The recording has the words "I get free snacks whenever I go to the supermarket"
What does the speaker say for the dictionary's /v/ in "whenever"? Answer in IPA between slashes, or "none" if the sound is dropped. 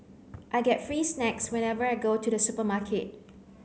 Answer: /v/